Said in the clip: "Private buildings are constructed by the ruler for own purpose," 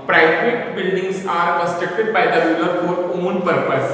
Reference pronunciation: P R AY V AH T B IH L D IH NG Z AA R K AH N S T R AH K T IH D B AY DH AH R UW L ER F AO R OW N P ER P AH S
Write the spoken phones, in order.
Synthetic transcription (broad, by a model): P R AY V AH T B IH L D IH NG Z AA R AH S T EH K T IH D B AY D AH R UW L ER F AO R OW N P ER P AH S